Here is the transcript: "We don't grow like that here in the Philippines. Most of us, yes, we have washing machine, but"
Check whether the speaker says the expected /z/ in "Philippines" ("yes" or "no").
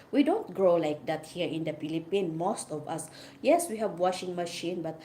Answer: no